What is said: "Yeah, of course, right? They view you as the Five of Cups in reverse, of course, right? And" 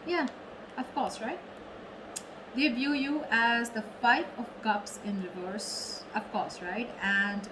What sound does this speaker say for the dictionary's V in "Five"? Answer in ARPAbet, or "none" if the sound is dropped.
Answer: P